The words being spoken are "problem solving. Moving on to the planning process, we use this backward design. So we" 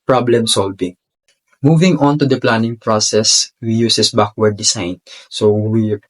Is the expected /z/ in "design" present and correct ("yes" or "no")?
no